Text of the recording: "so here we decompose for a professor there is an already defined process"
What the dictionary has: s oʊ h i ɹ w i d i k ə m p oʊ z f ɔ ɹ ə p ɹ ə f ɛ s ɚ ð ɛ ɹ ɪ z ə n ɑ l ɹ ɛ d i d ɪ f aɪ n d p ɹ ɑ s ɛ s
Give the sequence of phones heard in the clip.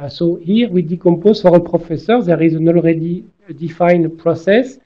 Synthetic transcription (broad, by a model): s oʊ h i ɹ w i d i k ə m p oʊ z f ɔ ɹ ə p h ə f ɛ s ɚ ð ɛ ɹ ɪ z ə n ɑ l ɹ ɛ d i d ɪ f aɪ n p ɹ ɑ s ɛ s